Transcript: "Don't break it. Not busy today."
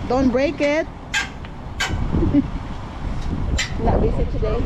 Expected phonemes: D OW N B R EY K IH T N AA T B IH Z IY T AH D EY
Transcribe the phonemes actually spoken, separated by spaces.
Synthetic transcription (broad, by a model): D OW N B R EY K IH T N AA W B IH S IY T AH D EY